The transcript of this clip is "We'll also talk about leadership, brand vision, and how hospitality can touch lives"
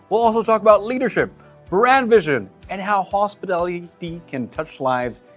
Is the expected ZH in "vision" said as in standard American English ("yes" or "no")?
yes